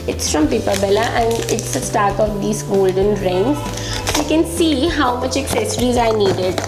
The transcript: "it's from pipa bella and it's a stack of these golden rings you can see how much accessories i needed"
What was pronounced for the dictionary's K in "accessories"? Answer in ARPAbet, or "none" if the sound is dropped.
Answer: K